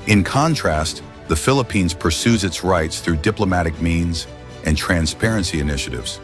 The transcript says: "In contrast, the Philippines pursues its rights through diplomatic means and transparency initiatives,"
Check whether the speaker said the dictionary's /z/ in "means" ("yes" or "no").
yes